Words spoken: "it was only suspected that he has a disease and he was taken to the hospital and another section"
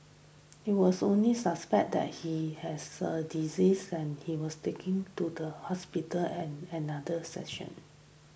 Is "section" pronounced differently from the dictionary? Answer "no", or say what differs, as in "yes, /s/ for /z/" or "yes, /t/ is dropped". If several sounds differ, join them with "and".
yes, /k/ is dropped